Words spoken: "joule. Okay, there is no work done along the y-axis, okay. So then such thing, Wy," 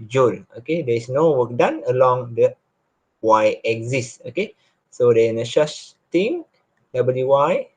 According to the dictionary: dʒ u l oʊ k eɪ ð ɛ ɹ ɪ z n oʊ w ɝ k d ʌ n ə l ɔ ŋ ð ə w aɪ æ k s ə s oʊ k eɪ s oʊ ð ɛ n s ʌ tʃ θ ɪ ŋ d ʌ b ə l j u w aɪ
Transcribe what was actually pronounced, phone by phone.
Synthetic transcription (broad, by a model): dʒ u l oʊ k eɪ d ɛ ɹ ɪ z n oʊ w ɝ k d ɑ n ə l ɔ ŋ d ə w aɪ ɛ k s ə s oʊ k eɪ s oʊ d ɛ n ʃ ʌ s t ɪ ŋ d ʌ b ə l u w aɪ